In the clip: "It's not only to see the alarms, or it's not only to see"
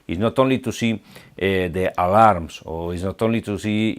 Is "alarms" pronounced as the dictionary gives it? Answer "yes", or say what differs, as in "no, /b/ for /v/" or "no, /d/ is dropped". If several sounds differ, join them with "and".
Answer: no, /s/ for /z/